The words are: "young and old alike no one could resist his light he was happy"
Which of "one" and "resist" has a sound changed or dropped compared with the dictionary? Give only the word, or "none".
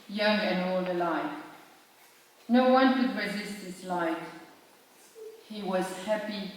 none